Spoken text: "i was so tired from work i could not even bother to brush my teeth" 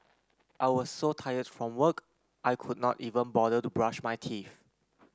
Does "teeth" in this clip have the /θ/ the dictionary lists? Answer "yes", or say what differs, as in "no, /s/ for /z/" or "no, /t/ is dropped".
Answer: no, /f/ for /θ/